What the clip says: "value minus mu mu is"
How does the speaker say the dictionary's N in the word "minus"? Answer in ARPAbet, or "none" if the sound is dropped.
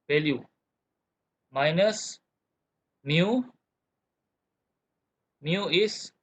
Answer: N